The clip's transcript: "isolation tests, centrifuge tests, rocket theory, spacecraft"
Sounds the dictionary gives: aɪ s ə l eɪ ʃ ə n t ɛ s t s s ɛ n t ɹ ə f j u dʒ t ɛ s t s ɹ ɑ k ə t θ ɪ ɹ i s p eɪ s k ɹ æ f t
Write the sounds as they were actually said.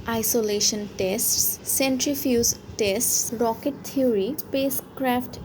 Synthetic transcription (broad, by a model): aɪ s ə l eɪ ʃ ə n t ɛ s t s s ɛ n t ɹ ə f j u z t ɛ s t s ɹ ɑ k ə t t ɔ ɹ i s p eɪ s k ɹ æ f t